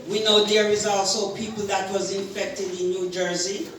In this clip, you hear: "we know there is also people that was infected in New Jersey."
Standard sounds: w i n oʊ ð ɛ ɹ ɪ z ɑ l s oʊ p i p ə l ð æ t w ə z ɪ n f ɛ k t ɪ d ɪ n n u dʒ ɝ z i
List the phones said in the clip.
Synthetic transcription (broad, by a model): w i n oʊ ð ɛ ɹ ɪ z ɑ l s oʊ p i p l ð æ t w ə z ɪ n f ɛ k t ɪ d ɪ n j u dʒ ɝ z i